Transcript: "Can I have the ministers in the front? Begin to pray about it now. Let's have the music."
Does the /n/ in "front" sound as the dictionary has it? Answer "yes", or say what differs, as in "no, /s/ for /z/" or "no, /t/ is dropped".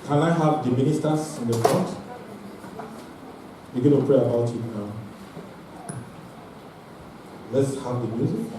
no, /n/ is dropped